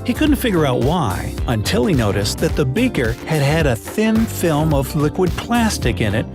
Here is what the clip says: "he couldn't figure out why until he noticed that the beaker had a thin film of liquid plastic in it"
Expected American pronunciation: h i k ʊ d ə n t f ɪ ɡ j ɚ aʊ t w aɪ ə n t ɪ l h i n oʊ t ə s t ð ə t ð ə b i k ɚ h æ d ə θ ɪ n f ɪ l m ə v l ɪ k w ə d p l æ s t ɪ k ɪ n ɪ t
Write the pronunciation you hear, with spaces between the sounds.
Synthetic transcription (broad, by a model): h i k ʊ d n t f ɪ ɡ j ɚ aʊ t w aɪ ə n t ɪ l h i n oʊ t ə s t ð ə t ð ə b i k ɚ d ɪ d ə θ ɪ n f ɪ l m ə v l ɪ k w ə d p l æ s t ɪ k ɪ n ɪ t